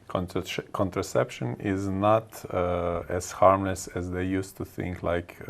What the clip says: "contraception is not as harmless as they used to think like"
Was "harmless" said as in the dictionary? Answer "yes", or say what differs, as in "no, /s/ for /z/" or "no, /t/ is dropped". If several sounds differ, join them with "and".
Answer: yes